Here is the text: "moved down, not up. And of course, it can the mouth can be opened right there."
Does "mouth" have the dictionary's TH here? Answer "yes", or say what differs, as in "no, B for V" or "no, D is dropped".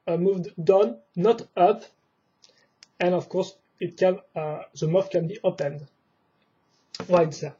no, F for TH